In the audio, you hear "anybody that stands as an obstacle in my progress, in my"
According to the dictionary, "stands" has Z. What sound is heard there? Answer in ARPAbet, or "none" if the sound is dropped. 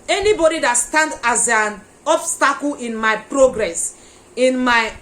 none